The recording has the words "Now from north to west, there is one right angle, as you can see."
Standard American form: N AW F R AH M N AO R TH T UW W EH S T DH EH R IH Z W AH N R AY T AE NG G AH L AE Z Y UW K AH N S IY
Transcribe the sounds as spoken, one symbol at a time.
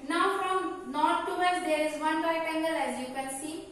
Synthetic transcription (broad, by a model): N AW F R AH M N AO R T T UW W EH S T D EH R IH Z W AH N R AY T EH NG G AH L AE Z Y UW K AH N S IY